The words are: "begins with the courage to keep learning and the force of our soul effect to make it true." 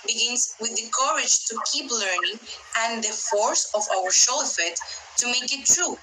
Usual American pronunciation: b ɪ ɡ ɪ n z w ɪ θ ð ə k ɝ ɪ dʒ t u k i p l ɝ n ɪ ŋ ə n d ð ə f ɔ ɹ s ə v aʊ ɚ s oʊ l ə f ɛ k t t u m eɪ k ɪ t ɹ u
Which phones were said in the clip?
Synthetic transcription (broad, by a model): b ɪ ɡ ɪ n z w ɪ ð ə k ɝ ɪ dʒ t u k i p l ɝ n ɪ ŋ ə n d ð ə f ɔ ɹ s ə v aʊ ɚ ʃ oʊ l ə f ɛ t t u m eɪ k ɪ t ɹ u